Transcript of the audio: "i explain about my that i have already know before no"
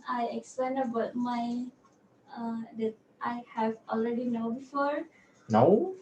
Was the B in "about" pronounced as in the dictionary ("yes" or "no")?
yes